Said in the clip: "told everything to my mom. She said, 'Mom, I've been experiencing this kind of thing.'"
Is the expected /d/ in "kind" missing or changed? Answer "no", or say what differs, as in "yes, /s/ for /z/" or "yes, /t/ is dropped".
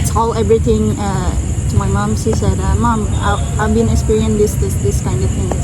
no